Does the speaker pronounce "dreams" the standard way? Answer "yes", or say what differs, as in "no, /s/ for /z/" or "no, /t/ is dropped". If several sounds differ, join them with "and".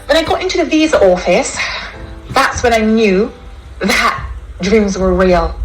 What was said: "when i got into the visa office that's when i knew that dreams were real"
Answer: yes